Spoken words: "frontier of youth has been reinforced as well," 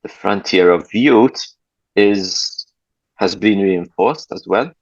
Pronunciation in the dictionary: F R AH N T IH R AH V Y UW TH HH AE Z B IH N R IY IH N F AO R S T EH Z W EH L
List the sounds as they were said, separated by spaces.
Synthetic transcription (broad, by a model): F R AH N T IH R AH V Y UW T HH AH Z B IH N R IY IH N F AO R S T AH Z W EH L